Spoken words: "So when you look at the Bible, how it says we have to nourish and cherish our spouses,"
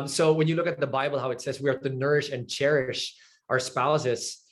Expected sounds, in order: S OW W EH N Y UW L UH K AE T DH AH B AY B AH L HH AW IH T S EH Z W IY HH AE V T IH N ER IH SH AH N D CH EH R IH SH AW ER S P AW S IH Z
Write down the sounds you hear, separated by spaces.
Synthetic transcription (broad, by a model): S OW W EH N Y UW L UH K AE T DH AH B AY B L HH AW IH T S EH Z W IY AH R T IH N ER IH SH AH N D CH EH R IH SH AW ER S P AW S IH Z